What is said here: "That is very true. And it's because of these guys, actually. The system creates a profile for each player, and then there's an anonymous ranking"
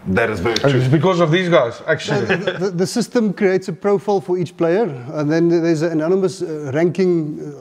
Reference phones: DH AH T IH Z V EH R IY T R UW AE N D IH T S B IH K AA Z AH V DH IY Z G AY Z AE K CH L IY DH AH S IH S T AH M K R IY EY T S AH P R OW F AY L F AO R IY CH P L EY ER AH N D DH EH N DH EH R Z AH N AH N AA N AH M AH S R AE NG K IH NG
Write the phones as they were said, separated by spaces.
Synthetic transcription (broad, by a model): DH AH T IH Z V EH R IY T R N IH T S B IH K AA Z AH V DH IY Z G AY Z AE K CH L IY DH AH S IH S T AH M K R IY EY T S AH P R OW F AY L F AO R IY CH P L EY ER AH N DH EH N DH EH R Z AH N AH N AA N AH M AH S R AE NG K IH NG